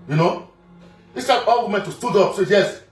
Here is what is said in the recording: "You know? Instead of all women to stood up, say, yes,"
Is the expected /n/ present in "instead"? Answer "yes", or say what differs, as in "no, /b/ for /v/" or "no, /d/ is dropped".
no, /n/ is dropped